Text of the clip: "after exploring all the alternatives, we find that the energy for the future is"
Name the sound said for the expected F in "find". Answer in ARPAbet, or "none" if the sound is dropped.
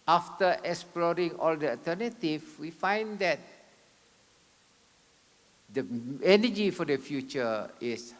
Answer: F